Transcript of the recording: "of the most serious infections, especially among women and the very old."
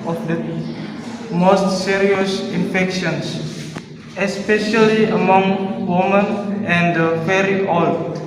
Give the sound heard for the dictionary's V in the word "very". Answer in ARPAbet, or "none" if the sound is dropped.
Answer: F